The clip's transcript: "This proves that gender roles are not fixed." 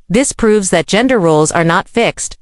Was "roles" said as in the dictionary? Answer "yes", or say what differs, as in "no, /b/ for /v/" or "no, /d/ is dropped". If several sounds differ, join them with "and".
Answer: yes